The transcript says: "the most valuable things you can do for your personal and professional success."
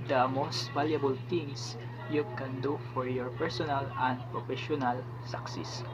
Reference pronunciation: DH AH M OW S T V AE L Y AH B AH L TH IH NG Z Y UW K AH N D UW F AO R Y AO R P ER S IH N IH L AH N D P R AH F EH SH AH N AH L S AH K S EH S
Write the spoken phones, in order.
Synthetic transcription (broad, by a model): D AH M OW S T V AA L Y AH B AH L T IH NG S Y UW K AH N D UW F AO R Y AO R P ER S IH N IH L AH N D P R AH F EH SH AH N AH L S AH K S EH S